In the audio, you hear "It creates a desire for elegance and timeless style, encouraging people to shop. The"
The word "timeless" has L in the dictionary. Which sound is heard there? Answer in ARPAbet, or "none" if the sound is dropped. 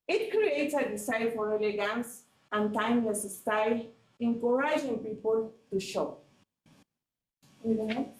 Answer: N